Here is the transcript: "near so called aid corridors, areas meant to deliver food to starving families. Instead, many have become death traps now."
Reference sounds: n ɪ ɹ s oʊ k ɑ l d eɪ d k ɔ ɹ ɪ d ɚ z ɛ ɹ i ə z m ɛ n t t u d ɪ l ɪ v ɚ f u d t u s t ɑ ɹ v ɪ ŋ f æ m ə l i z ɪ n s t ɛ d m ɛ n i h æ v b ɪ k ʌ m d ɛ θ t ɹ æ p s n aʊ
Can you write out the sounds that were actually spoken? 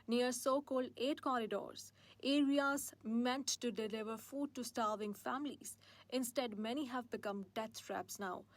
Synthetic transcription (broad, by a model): n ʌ ɹ s oʊ k ɑ l d eɪ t k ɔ ɹ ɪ d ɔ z ɛ ɹ i ə z m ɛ n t t u d ɪ l ɪ v ɚ f u d t u s t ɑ ɹ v ɪ ŋ f æ m ə l i z ɪ n s t ɛ d m ɛ n i h æ v b ɪ k ʌ m d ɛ t t ɹ æ p s n aʊ